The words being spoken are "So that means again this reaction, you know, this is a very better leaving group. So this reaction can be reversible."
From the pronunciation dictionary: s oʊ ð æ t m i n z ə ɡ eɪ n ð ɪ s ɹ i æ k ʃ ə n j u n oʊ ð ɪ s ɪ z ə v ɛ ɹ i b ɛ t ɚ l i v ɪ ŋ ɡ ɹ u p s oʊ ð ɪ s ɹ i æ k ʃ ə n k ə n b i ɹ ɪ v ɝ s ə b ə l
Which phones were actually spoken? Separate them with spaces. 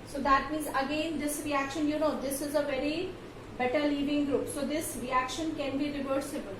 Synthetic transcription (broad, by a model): s oʊ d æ t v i z ə ɡ eɪ n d ɪ s ɹ i æ k ʃ ə n j u n oʊ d ɪ s ɪ z ə v ɛ ɹ i b ɛ t ɚ l i v ɪ ŋ ɡ ɹ u p s oʊ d ɪ s ɹ i æ k ʃ ə n k ə n b i ɹ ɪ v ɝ s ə b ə l